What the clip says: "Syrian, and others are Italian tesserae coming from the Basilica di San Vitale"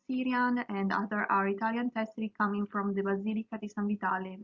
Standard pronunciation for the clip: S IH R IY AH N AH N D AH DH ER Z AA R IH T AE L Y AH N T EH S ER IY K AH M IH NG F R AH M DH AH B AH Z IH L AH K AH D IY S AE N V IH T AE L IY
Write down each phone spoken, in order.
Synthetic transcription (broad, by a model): S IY R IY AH N AH N D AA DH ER AA R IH T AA L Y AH N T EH S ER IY K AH M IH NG F R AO M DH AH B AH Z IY L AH K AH D IY S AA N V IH T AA L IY